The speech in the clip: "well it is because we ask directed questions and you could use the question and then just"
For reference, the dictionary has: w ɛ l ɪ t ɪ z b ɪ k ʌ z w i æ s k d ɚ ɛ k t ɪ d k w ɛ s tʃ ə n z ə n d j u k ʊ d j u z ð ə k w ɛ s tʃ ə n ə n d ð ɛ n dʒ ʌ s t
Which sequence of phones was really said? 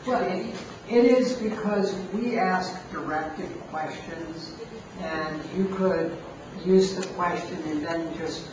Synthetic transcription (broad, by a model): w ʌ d ɪ t ɪ z b ɪ k ʌ z w i æ s k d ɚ ɛ k t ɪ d k w ɛ s tʃ ə n z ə n j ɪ k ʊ d j u z ð ə k w ɛ s tʃ ə n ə n ð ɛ n dʒ ʌ s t